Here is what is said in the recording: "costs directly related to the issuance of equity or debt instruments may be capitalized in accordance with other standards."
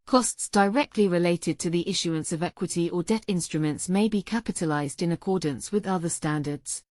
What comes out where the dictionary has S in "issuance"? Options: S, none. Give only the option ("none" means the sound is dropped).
S